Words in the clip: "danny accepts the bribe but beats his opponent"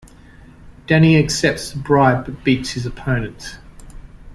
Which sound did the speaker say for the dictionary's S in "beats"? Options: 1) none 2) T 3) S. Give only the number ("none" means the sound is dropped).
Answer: 3